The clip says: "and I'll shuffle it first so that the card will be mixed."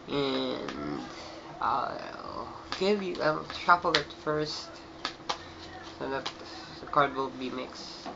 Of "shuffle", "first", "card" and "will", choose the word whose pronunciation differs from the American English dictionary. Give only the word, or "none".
shuffle